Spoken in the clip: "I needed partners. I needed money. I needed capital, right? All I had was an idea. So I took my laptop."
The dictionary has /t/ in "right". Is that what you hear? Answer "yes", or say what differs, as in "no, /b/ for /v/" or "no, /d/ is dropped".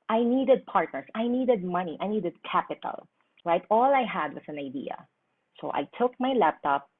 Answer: yes